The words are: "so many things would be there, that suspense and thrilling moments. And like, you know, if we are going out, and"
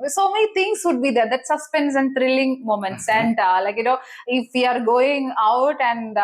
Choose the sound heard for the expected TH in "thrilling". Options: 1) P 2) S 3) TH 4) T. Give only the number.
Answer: 4